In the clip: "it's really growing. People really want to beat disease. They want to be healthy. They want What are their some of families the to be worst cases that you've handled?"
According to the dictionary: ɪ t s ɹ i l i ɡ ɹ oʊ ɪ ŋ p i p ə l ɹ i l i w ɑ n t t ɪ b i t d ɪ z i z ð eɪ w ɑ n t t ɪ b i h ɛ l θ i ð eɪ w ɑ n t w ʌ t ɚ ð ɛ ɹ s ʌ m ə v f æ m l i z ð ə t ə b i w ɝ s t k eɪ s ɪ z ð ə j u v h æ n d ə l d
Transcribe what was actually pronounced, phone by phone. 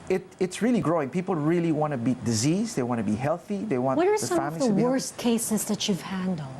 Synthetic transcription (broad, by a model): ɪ t s ɹ i l i ɡ ɹ oʊ ɪ ŋ p i p l ɹ i l i w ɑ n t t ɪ b i t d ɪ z i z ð eɪ w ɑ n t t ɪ b i h ɛ l θ i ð eɪ w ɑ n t w ʌ t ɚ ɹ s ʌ ə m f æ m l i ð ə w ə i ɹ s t k eɪ s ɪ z ð ə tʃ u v h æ n d l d